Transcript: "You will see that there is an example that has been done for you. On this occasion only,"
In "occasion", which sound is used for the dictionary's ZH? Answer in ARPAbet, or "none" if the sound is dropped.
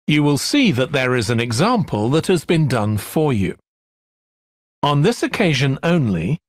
ZH